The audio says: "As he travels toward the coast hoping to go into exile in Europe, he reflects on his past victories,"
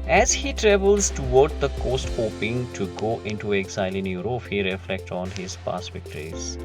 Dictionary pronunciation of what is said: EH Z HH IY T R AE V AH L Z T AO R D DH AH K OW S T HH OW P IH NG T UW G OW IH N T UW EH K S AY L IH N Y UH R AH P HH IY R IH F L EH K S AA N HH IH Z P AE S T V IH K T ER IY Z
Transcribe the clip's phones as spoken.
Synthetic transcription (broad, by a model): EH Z HH IY T R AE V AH L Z T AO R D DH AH K OW S T HH OW P IH NG T UW G OW IH N T UW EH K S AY L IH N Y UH R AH F HH IY R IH F L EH K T AA N HH IH Z P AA S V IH K T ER IY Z